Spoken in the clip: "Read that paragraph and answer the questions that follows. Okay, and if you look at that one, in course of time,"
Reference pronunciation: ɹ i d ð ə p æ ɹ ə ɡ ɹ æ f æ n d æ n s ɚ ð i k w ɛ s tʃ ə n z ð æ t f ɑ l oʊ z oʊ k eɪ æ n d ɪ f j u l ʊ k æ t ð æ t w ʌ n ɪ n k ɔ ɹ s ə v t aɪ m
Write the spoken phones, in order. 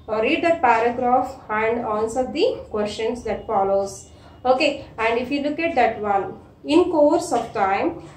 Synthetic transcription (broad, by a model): ɹ i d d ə p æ ɹ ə ɡ ɹ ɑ f æ n d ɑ n s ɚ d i k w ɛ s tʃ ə n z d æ t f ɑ l oʊ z oʊ k eɪ æ n d ɪ f j u l ʊ k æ t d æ t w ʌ l ɪ n k ɔ ɹ s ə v t aɪ m